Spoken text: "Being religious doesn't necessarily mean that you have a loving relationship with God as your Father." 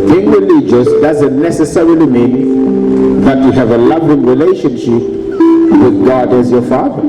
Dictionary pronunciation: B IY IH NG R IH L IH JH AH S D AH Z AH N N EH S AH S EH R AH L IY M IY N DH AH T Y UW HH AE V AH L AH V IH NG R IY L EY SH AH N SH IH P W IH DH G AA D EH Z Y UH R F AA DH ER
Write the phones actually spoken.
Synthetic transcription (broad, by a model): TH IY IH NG R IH L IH JH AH S D AH Z AH N N EH S AH S EH R AH L IY M IY N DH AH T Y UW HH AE V AH L AH V IH NG R IY L EY SH AH N SH IH P W IH DH G AA D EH Z Y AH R F AA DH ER